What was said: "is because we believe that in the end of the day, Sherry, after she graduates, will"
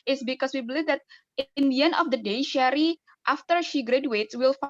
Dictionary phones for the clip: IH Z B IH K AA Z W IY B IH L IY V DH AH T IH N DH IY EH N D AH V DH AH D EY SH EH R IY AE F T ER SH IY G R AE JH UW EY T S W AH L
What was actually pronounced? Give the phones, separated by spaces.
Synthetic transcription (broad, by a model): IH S B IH K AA S W IY B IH L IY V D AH T IH N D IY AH N AH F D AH D EY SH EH R IY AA F T ER SH IY G R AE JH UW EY T S W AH L